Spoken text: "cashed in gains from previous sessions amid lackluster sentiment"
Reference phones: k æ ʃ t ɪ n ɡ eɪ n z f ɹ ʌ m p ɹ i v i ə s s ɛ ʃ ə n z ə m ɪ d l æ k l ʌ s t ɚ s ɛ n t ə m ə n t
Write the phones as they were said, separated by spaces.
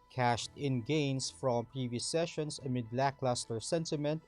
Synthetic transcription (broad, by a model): k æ ʃ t ɪ n ɡ eɪ n s f ɹ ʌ m p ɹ i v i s s ɛ ʃ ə n s ə m ɪ d l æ k l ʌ s t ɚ s ɛ n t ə m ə n t